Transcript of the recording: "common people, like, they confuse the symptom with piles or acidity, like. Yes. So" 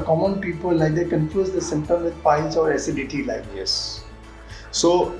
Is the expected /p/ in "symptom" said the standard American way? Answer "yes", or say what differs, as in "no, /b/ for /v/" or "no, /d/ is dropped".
no, /p/ is dropped